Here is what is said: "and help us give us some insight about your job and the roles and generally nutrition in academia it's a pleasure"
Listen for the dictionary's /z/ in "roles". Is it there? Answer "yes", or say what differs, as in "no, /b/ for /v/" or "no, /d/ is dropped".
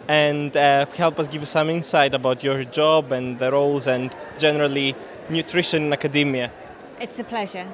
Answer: yes